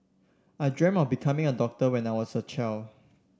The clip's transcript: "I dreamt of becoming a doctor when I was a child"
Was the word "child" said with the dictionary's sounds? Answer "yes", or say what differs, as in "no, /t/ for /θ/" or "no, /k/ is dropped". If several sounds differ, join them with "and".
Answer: no, /d/ is dropped